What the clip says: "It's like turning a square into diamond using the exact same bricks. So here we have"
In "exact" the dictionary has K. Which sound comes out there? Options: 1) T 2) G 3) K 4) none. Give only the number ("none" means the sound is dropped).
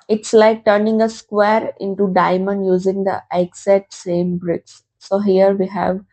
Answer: 4